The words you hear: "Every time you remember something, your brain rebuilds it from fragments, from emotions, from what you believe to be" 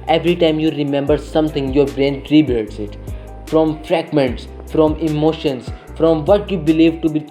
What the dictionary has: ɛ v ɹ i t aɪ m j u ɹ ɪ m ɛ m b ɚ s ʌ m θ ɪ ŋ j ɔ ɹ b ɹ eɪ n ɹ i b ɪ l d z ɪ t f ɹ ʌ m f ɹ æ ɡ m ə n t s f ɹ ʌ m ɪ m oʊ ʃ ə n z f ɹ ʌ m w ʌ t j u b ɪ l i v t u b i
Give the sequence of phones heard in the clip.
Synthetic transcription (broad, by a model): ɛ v ɹ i t aɪ m j u ɹ ɪ m ɛ m b ɚ s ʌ m t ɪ ŋ j ɔ ɹ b ɹ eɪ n ɹ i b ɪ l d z ɪ t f ɹ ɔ m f ɹ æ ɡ m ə n t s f ɹ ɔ m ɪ m oʊ ʃ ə n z f ɹ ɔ m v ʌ t j u b ɪ l i v t u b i